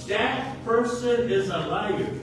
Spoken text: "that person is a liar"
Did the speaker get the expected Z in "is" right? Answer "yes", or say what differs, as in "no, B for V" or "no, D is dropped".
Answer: yes